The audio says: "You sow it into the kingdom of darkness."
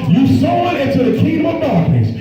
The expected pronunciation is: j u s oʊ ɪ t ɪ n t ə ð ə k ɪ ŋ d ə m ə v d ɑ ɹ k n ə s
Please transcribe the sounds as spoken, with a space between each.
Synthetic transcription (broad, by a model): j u s oʊ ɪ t ɪ n t ə ð ə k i d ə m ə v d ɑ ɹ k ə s